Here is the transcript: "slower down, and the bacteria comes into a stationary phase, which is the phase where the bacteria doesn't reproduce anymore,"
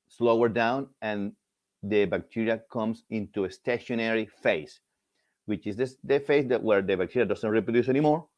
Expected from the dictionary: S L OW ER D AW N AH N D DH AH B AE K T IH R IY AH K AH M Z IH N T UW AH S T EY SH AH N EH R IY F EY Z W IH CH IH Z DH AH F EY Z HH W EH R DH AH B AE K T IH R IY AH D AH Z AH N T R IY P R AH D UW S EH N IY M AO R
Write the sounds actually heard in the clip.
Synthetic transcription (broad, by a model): S L OW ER D AW N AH N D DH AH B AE K T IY R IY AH K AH M S IH N T UW AH S T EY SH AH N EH R IY F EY S W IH CH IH S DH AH F EY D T W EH R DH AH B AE K T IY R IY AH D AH S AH N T R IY P R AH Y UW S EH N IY M AO R